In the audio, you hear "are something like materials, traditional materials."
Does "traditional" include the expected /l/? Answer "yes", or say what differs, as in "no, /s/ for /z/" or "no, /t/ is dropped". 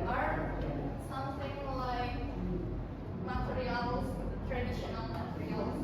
no, /n/ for /l/